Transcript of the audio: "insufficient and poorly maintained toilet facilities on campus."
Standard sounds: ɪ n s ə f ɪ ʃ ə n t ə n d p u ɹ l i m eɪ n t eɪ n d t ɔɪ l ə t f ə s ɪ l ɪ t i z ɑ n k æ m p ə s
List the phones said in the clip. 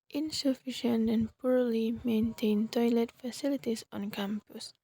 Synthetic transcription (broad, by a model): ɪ n s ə f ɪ ʃ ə n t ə n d p u ɹ l i m eɪ n t eɪ n t ɔɪ l ə t f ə s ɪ l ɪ t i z ɑ n k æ m p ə s